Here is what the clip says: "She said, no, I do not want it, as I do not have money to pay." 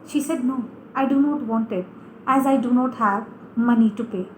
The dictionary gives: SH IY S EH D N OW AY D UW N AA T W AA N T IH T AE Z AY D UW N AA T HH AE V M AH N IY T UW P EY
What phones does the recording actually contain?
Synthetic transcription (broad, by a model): SH IY S EH D N OW AY D UW N AA T W AA N T IH T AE Z AY D UW N AA T HH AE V M AH N IY T UW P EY